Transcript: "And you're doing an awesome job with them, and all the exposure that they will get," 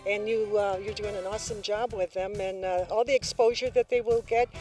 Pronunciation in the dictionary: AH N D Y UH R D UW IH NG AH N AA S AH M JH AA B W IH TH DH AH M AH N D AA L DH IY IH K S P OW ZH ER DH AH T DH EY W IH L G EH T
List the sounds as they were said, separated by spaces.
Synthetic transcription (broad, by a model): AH N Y Y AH R D UW IH NG AH N AA S AH M JH AA B W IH DH AH M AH N AA L DH IY IH K S P OW ZH ER DH AH T DH EY W IH L G EH T